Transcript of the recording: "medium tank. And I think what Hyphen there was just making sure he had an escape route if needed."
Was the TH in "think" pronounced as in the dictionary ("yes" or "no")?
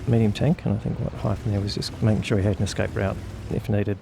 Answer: yes